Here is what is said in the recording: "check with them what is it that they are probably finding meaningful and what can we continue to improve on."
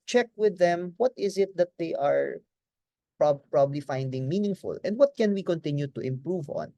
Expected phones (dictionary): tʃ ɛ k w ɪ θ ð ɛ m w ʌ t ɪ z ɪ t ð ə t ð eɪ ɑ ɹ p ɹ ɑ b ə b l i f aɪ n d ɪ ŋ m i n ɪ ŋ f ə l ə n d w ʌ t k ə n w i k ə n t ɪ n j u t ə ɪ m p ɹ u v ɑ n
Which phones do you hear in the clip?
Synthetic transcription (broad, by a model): tʃ ɛ k w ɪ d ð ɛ m w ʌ t ɪ z ɪ t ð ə t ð eɪ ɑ ɹ p ɹ ɑ b ə b l i f aɪ n d ɪ ŋ m i n ɪ ŋ f ə l ə n d w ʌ t k ə n w i k ə n t ɪ n j u t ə ɪ m p ɹ u v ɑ n